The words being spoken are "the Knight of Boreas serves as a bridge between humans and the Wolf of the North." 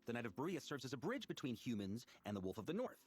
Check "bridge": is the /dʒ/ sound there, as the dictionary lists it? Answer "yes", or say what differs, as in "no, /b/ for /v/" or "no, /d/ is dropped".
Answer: yes